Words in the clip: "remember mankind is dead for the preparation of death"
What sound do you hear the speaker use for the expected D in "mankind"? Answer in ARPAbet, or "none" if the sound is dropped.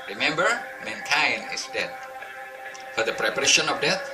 none